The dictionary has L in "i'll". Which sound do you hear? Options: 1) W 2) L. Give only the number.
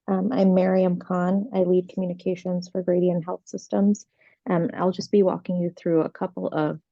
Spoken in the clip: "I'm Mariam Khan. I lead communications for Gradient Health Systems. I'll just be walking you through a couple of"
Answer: 2